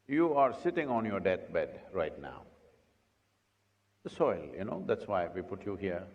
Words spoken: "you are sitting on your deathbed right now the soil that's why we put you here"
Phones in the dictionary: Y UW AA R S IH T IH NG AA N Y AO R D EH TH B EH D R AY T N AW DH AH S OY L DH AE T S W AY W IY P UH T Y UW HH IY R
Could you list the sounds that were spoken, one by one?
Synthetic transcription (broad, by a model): Y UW AA R S IH T IH NG AA N Y AO R D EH T B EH D R AY T N AW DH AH S OY L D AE T S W AY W IY P UH T Y UW HH IY R